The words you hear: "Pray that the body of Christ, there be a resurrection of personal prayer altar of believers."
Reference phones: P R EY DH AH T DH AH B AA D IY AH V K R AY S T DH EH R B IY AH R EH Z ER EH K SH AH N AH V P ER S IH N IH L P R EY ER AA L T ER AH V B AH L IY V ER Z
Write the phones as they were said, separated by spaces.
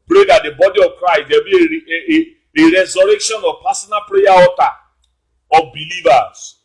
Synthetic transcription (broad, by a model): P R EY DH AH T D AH B AA D IY AH V K R AY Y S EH B IY AH R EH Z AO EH K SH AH N AH V P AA S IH N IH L P R EY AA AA T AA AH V B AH L IY V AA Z